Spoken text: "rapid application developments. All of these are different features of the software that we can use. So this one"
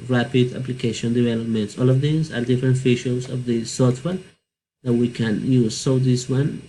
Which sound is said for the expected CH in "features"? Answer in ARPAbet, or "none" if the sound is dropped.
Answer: SH